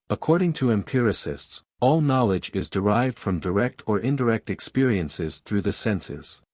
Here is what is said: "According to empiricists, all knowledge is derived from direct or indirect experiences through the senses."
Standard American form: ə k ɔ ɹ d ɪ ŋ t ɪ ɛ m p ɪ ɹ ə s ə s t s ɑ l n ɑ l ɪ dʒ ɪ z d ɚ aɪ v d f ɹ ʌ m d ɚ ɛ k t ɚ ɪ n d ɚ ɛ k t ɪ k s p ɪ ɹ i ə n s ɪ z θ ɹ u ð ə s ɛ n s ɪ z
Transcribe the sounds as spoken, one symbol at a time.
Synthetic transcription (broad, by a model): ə k ɔ ɹ d ɪ ŋ t ɪ ɛ m p ɪ ɹ ə s ə s t s ɑ l n ɑ l ɪ dʒ ɪ z d ɚ aɪ v d f ɹ ʌ m d ɚ ɛ k t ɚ ɪ n d ɚ ɛ k t ɪ k s p ɪ ɹ i ə n s ɪ z θ ɹ u ð ə s ɛ n s ɪ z